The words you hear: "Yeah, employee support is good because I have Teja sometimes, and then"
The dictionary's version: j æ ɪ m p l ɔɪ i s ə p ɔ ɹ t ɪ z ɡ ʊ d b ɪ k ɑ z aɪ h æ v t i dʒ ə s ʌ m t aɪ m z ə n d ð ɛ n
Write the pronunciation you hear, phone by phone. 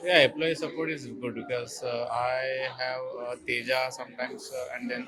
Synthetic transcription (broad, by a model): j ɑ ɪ p l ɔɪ s ə p ɔ ɹ t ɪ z ɡ ʊ d b ɪ k ɑ z aɪ h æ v t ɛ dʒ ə s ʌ m t aɪ m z ə n d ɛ n